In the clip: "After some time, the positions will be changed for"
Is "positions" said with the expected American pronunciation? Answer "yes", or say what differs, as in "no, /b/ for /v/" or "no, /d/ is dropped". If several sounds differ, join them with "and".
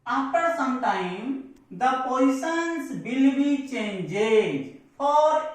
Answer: no, /s/ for /ʃ/